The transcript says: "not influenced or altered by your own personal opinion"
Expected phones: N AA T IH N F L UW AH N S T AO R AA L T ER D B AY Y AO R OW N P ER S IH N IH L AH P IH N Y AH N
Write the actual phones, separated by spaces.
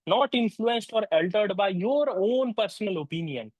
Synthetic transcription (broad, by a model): N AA T IH N F L UW AH N S T AO R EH L T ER D B AY Y AO R OW N P ER S IH N IH L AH P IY N Y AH N